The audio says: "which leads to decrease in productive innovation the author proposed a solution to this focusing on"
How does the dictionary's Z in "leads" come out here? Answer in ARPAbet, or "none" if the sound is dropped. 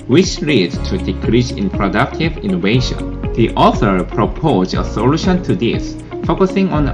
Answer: none